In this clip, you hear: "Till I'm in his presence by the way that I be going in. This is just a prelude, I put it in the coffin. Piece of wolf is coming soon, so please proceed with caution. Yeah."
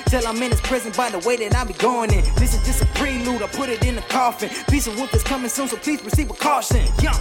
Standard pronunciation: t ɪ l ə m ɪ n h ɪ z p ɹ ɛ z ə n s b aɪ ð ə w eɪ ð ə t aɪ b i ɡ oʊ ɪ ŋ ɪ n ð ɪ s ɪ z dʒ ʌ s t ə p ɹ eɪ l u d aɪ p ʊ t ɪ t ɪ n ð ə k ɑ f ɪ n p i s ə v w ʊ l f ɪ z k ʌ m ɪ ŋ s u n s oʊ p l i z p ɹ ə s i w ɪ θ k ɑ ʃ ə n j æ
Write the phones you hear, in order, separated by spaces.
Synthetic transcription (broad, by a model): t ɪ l ə m ɪ n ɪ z p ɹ ɛ z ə n b aɪ ð ə w eɪ ð ə t aɪ b i ɡ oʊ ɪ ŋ ɪ n ð ɪ s ɪ z dʒ ʌ s t ə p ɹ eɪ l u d aɪ p ʊ t ɪ t ɪ n ð ə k ɑ f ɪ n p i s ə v w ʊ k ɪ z k ʌ m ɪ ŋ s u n s oʊ p l i z ɹ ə s i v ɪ k ɑ ʃ ə n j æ